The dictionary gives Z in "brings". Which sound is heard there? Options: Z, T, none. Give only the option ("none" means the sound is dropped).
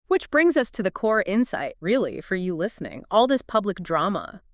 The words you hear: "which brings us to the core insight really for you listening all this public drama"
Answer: Z